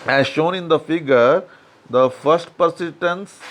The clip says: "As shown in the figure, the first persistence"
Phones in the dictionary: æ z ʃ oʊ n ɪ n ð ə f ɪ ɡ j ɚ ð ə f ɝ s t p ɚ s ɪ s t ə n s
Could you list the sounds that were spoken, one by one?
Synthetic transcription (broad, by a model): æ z ʃ oʊ n ɪ n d ə f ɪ ɡ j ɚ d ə f ɝ s t p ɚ s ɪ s t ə n s